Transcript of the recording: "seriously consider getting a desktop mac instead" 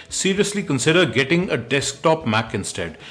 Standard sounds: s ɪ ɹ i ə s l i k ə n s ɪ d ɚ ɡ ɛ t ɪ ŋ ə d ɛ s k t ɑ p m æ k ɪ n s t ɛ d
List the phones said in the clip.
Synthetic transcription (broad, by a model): s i ɹ i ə s l i k ə n s ɪ d ɚ ɡ ɛ t ɪ ŋ ə d ɛ s k t ɑ p m æ k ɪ n s t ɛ d